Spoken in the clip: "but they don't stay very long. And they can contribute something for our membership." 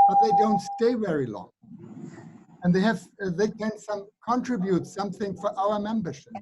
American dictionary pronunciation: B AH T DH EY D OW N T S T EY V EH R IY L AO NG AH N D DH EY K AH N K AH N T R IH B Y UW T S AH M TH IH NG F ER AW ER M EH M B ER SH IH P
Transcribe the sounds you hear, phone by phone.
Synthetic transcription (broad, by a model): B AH T DH EY D OW N T S T EY V EH R IY L AO NG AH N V DH EY K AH N K AH N T R IH B Y UW T S AH M TH IH NG F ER AW ER M EH M B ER SH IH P